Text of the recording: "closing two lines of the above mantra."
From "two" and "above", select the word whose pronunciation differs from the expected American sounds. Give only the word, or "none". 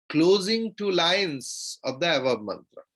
above